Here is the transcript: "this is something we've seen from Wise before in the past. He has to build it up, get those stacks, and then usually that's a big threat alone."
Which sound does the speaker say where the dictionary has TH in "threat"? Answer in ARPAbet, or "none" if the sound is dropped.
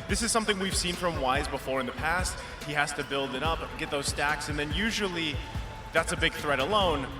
TH